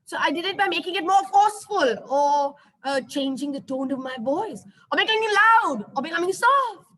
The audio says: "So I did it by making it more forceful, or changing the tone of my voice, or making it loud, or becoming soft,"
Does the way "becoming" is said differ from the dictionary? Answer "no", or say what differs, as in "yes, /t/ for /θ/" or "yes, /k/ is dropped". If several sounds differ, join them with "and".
yes, /k/ is dropped